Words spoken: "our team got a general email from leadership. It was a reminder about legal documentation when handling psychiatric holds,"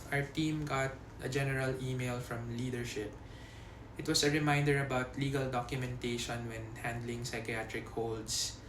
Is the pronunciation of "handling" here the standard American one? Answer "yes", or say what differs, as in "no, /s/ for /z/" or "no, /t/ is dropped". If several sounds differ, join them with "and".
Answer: yes